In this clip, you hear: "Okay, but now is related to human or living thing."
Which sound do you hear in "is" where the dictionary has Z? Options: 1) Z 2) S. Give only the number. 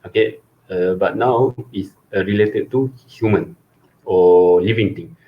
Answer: 2